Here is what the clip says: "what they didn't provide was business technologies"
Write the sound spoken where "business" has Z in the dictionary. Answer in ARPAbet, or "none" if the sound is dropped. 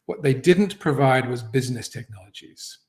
Z